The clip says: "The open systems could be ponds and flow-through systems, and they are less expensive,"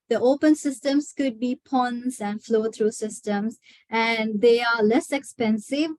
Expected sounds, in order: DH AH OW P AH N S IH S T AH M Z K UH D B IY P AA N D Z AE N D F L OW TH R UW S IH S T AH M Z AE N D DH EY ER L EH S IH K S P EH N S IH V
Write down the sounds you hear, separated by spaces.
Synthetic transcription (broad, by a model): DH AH OW P AH N S IH S T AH M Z K UH D B IY P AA N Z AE N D F L OW T R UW S IH S T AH M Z AE N D EY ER L EH S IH K S P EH N S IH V